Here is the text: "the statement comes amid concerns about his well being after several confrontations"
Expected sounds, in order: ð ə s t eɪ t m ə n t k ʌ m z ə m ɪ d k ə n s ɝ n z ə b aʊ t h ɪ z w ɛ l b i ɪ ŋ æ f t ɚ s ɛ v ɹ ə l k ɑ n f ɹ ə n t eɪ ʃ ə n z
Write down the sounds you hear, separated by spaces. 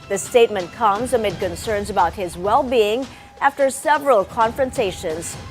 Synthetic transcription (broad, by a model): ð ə s t eɪ t m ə n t k ʌ m z ə m ɪ d k ə n s ɝ n z ə b aʊ t h ɪ z w ɛ l b i ɪ ŋ æ f t ɚ s ɛ v ɹ ə l k ɑ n f ɹ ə n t eɪ ʃ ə n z